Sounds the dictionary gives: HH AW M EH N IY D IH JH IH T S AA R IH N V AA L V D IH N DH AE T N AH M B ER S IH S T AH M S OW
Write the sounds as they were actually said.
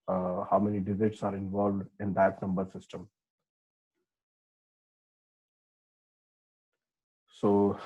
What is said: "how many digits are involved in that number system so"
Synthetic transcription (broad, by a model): HH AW M EH N IY D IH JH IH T S AA R IH N V AA L V D IH N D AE T N AH M B ER S IH S T AH M S OW